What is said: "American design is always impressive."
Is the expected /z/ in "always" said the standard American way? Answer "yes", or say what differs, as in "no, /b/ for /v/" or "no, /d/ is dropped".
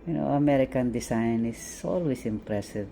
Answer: no, /s/ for /z/